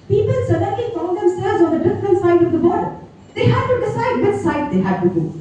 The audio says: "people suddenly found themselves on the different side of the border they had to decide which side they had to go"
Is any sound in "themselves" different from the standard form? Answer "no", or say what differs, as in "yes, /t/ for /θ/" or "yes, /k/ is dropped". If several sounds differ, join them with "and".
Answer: yes, /v/ is dropped